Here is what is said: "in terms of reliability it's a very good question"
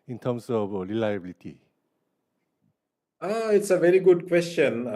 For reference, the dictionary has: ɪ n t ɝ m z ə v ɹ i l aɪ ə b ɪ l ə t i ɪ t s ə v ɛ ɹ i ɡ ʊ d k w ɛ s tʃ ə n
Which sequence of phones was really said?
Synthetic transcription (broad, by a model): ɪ n t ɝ m s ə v ɹ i l aɪ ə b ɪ l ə t i ɪ t s ə v ɛ ɹ i ɡ ʊ d k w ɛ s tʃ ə n